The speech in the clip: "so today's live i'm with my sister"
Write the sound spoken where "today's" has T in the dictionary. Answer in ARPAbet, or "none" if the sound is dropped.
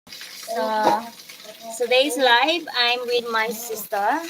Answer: S